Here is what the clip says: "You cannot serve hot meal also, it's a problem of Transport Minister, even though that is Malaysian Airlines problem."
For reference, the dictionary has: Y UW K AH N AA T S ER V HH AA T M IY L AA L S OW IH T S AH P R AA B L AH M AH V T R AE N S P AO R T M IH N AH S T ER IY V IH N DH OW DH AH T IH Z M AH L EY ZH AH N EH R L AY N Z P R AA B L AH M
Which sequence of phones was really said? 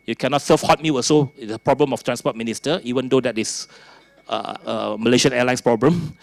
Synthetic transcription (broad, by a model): Y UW K AH N AA T S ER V HH AA T M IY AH S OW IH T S AH P R AA B L AH M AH F T R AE N S P AO T M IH N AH S T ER IY V IH N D OW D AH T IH S M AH L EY SH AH N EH L AY N S P R AA B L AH M